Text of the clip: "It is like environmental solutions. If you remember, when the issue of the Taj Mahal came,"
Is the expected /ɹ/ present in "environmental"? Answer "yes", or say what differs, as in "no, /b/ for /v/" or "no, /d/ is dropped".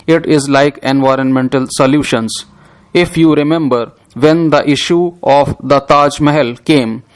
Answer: yes